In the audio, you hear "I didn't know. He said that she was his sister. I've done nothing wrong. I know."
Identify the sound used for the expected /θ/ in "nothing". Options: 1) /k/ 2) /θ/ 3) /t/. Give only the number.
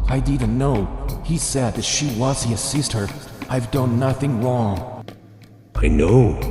2